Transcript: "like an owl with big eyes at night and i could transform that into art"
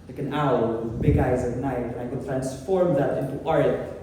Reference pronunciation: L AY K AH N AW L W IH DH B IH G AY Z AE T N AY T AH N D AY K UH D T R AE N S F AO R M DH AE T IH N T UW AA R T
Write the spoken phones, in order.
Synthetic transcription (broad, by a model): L AY K AH N AW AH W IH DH B IH G AY Z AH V N AY T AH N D AY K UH T R AE N S F AO R M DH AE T IH N T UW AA R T